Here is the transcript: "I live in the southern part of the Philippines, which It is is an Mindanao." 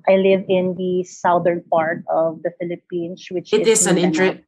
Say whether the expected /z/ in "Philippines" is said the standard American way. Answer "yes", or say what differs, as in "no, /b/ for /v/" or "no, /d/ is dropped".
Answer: no, /s/ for /z/